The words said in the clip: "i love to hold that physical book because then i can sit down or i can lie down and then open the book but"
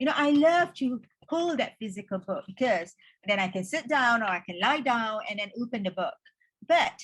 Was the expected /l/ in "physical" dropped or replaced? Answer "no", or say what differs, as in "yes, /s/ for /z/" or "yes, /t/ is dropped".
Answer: no